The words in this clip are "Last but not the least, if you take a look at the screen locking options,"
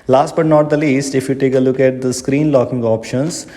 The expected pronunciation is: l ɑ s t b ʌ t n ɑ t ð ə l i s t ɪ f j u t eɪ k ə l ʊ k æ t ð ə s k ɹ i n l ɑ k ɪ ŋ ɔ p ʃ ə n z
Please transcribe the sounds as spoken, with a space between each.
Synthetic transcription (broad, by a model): l ɑ s t b ʌ t n ɑ t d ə l i s t ɪ f j u t eɪ k ə l ʊ k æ t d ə s k ɹ i n l ɑ k ɪ ŋ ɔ p ʃ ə n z